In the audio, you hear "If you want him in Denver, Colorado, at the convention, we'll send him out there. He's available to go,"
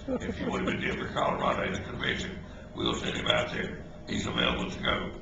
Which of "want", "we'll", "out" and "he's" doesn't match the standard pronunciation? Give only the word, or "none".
want